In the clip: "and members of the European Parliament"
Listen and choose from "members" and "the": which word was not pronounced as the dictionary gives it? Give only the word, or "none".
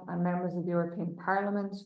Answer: none